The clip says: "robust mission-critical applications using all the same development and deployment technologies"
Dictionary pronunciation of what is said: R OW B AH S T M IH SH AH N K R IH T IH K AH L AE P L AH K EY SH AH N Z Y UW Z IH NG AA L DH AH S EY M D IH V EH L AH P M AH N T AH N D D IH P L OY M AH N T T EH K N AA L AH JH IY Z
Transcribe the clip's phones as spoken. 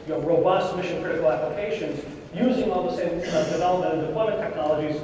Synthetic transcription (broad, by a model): R OW B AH S T M IH SH AH N K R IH T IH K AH L AE P L AH K EY SH AH N Z Y UW Z IH NG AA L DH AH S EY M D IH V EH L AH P AH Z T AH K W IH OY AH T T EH K N AA L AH JH IY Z